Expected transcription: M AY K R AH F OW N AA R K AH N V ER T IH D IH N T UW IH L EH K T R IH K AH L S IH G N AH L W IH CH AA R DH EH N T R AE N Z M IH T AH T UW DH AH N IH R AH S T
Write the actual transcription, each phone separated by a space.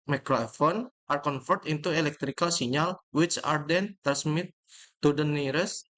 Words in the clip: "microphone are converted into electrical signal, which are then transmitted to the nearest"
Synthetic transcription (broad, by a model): M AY K R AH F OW N AA R K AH N F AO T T IH N T UW IH L EH K T R IH K AH L S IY N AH L W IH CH AA R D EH N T AE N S M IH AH T UW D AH N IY R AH S